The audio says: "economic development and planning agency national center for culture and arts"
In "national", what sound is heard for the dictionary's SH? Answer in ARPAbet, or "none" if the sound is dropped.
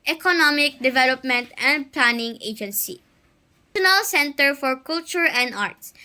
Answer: none